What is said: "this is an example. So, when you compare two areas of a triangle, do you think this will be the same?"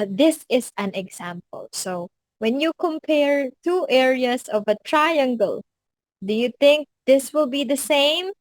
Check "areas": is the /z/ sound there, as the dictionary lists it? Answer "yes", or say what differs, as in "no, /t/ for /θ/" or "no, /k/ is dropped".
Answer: no, /s/ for /z/